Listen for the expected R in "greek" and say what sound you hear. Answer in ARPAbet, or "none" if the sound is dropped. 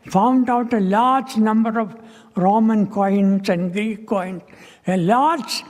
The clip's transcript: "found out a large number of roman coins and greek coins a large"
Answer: none